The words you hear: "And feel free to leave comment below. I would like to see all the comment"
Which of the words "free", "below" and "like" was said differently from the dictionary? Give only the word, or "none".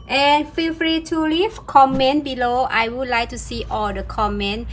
none